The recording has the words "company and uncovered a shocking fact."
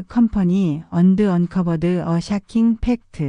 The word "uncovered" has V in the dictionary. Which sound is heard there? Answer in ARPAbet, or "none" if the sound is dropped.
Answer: B